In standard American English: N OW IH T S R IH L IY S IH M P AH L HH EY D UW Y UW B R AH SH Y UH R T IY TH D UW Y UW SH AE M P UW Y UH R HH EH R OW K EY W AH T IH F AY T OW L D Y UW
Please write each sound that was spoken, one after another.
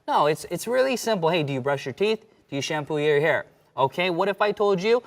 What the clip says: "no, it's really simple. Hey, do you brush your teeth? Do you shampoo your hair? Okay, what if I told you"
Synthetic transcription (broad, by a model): N OW IH T S R IH L IY S IH M P L HH EY D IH Y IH B R AH SH Y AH R T IY TH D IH Y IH SH AE M P UW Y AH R HH EH R OW K EY W AH T IH F AY T OW L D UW